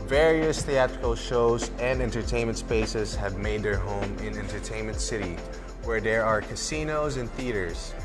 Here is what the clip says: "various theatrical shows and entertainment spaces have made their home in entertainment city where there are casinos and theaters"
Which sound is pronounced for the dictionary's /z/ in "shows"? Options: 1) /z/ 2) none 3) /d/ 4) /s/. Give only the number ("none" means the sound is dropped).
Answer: 1